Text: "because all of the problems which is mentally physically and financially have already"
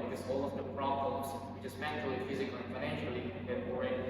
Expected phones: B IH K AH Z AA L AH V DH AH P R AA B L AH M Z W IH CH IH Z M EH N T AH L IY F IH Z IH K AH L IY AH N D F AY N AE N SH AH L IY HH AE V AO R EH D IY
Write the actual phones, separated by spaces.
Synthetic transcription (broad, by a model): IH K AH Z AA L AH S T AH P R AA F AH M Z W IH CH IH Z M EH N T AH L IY F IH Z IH K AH L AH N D F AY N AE N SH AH L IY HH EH F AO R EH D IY